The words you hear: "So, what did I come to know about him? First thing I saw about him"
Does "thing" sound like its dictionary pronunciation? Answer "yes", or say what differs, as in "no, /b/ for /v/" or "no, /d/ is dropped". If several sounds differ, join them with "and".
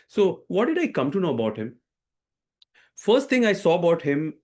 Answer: no, /t/ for /θ/